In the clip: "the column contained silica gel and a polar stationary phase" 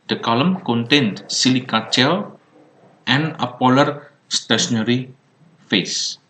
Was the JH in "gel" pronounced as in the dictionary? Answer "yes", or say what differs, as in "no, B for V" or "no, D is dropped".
no, CH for JH